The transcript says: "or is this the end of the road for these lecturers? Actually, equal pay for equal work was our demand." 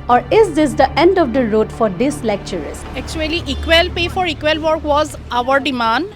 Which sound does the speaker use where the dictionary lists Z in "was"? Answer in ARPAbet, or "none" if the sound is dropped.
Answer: Z